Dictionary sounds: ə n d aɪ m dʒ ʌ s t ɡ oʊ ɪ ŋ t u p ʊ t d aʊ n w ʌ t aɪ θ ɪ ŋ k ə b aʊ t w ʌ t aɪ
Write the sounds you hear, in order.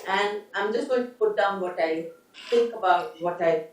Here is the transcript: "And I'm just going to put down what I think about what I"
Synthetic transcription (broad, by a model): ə n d aɪ m dʒ ʌ s t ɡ oʊ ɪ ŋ t u p ʊ t d aʊ n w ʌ t aɪ t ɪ ŋ k ə b aʊ t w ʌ t aɪ